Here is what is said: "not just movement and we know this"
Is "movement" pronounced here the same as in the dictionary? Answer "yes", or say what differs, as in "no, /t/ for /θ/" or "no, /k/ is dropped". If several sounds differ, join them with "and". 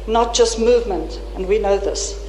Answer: yes